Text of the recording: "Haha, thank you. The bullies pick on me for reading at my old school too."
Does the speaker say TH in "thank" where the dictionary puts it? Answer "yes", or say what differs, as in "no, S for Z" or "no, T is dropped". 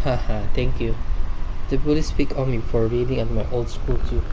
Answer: no, T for TH